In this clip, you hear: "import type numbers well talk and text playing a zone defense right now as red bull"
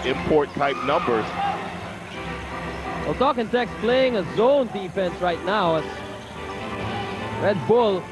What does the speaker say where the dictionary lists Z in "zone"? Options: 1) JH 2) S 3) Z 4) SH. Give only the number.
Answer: 3